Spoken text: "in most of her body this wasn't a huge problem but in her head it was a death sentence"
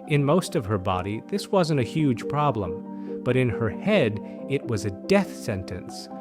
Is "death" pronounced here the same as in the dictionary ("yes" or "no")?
yes